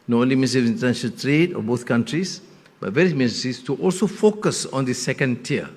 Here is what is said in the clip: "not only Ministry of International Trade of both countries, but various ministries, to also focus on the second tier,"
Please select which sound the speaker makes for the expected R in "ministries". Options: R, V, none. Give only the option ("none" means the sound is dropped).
none